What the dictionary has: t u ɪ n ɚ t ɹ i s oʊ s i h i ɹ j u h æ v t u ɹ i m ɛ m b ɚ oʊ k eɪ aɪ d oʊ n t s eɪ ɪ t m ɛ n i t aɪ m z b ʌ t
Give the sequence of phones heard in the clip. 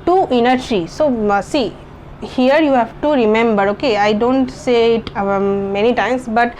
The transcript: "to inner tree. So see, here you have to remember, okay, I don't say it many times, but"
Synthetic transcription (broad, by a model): t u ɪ n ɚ s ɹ i s oʊ s i h i ɹ j u h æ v t u ɹ i m ɛ m b ɚ oʊ k eɪ aɪ d oʊ n t s eɪ ɪ t m ɛ n i t aɪ m s b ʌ t